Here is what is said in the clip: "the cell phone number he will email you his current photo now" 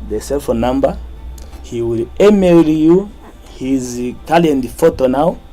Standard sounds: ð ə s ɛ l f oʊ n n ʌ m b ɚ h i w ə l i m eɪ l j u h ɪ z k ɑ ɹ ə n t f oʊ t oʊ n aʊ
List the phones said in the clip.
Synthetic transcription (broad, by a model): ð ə s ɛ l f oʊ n n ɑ m b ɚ h i w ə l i m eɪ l j u h ɪ z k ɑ l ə n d f oʊ t oʊ n aʊ